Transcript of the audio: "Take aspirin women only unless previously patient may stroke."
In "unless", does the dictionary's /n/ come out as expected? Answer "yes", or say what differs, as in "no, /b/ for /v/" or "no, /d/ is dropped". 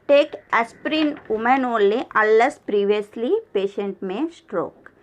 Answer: no, /n/ is dropped